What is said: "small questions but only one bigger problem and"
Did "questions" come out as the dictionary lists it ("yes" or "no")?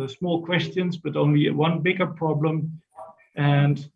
yes